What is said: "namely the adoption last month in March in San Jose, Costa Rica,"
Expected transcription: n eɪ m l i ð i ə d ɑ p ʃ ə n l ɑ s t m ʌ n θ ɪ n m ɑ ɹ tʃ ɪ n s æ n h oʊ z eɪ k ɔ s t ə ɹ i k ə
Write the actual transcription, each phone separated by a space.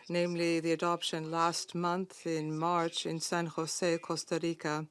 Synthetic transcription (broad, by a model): n eɪ m l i ð i ə d ɑ p ʃ ə n l ɑ s t m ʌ n θ ɪ n m ɑ ɹ tʃ ɪ n s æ n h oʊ s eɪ k ɔ s t ə ɹ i k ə